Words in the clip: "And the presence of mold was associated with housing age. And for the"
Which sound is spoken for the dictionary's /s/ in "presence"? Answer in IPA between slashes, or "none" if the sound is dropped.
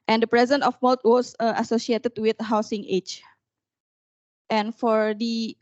none